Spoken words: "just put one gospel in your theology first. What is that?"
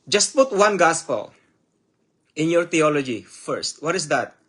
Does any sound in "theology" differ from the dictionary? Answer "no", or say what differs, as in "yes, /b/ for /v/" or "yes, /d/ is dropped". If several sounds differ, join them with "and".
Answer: yes, /t/ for /θ/